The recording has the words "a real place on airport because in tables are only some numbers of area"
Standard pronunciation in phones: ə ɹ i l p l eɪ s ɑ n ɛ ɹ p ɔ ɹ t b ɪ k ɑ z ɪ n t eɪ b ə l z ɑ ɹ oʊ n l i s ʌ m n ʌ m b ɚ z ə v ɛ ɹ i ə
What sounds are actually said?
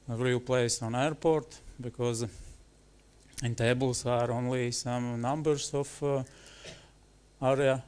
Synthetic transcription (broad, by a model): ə ɹ i l p l eɪ s ɑ n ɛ ɹ p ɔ ɹ t b ɪ k ɑ z ɪ n t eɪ b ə l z ɑ ɹ oʊ n l i s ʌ m n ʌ m b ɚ s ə f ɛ ɹ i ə